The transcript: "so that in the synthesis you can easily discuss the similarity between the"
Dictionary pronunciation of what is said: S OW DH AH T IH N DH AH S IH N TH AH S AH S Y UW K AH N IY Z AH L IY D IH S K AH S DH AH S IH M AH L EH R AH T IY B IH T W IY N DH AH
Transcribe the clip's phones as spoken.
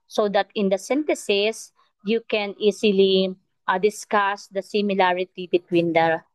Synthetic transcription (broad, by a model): S OW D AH T IH N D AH S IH N T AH S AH S Y UW K AH N IY S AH L IY D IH S K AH S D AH S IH M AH L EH R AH T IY B IH T W IY N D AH